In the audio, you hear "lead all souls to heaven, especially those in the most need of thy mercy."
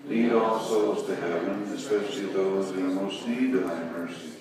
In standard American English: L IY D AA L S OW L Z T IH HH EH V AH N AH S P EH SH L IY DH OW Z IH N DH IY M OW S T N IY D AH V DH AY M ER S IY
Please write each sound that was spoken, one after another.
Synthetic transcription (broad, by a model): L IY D AA L S OW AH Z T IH HH EH V AH N AH S P EH SH L IY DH OW IH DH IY M OW S T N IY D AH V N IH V ER S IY